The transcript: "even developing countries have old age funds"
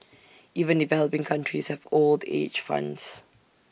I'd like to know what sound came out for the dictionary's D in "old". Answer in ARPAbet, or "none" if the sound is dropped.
D